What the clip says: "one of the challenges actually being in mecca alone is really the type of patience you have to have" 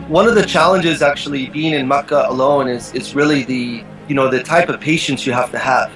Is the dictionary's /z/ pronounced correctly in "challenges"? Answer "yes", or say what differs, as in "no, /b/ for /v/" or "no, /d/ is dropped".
yes